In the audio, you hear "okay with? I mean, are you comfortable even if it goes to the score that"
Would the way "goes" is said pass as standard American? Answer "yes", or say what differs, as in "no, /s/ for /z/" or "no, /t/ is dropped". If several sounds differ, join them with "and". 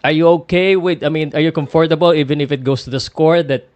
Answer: no, /s/ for /z/